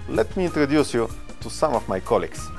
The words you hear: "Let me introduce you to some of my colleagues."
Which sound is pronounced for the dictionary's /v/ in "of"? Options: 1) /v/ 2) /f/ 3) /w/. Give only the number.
2